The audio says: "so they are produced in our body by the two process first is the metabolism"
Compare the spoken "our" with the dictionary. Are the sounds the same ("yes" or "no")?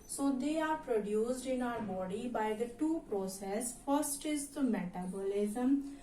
no